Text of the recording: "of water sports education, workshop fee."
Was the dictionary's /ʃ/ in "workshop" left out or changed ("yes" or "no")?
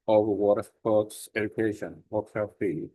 yes